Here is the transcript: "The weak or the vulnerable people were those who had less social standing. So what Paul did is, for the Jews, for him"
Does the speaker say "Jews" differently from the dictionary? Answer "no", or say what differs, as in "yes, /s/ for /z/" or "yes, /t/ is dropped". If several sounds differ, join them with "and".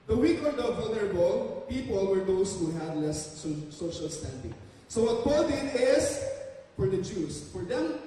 yes, /s/ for /z/